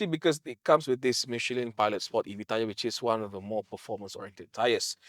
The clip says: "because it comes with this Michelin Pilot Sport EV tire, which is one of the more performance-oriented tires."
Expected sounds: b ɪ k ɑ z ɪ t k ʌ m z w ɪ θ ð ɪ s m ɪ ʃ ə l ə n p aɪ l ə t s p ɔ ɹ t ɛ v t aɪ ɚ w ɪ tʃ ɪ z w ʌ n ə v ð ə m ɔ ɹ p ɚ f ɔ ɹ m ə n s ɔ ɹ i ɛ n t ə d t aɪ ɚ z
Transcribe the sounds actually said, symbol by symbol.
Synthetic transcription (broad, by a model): b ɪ k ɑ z ɪ t k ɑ m s w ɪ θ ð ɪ s m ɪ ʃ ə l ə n p aɪ l ə t s p ɔ t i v t aɪ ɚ w ɪ tʃ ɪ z w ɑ n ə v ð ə m ɔ p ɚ f ɔ m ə n s ɔ ɹ i ɛ n t ə d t aɪ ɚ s